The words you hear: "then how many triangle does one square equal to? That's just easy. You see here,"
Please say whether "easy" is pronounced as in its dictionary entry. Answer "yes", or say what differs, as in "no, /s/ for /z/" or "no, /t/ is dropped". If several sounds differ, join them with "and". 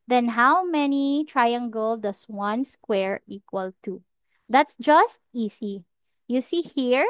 no, /s/ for /z/